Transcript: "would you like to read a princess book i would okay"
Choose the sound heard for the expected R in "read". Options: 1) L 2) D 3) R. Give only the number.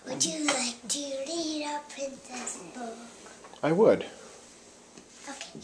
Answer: 1